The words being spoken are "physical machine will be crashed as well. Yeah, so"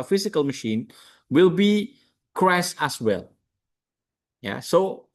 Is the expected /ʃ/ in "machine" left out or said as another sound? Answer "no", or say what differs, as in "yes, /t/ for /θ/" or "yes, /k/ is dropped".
no